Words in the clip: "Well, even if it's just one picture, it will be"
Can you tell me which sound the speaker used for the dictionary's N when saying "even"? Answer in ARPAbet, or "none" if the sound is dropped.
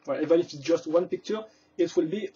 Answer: none